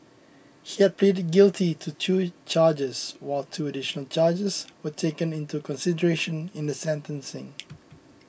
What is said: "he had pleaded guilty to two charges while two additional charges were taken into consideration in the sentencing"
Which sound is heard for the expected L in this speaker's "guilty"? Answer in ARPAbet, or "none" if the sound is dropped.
L